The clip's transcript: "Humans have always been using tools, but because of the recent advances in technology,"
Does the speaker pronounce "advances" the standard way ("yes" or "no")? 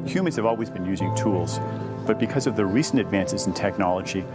yes